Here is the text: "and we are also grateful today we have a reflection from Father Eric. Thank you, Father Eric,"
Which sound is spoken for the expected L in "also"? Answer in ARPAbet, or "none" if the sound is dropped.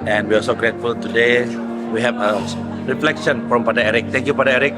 none